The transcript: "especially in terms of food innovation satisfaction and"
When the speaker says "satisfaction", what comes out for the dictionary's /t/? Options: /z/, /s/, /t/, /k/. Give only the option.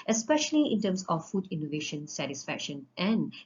/t/